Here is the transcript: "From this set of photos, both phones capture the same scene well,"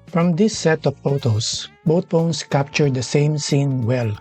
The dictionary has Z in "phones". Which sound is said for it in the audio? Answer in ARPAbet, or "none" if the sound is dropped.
S